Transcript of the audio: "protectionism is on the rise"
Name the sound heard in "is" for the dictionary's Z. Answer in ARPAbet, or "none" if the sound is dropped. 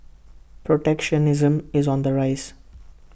Z